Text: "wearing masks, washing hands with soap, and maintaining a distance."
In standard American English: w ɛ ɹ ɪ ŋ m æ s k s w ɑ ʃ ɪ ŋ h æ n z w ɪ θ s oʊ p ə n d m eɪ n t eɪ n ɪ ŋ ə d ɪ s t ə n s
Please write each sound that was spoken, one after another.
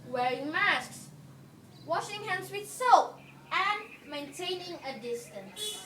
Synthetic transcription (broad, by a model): w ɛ ɹ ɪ ŋ m æ s k s w ɑ ʃ ɪ ŋ h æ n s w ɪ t s oʊ p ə n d m eɪ n t eɪ n ɪ ŋ ə d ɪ s t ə n s